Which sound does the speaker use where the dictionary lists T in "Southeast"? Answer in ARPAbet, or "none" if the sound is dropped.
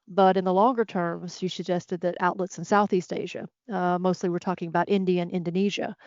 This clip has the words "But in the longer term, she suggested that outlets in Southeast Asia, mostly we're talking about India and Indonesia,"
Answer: T